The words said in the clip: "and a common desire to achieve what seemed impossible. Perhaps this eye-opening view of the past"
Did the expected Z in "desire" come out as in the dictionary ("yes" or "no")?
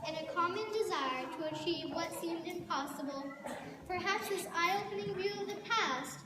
yes